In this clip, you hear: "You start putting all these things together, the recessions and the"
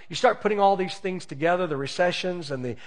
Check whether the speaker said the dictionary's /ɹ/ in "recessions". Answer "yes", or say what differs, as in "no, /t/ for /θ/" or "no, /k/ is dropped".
yes